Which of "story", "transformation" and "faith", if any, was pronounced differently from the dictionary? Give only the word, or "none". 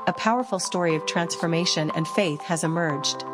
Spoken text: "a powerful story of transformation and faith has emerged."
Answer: none